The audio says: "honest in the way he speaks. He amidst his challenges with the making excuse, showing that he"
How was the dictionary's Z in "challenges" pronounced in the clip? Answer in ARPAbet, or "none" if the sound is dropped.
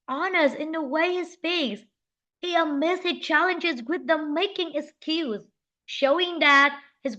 Z